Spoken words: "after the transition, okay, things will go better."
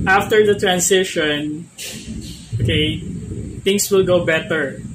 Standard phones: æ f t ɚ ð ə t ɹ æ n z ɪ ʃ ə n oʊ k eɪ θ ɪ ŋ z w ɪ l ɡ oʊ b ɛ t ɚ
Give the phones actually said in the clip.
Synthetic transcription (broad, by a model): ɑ f t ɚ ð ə t ɹ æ n s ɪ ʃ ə n oʊ k eɪ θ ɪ ŋ s w ɪ l ɡ oʊ b ɛ t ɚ